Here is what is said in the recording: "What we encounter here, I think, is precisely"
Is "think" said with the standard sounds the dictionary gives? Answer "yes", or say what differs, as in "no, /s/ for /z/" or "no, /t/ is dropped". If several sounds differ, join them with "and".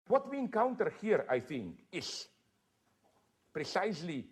yes